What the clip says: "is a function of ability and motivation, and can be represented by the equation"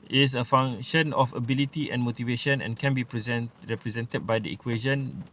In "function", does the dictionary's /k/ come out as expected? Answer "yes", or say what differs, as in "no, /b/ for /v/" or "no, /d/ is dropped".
no, /k/ is dropped